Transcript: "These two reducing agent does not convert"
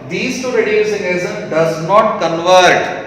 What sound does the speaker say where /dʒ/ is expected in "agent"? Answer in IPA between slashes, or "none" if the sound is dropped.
/z/